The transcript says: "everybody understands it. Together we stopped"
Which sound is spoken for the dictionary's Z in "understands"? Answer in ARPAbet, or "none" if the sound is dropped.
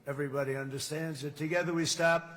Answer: Z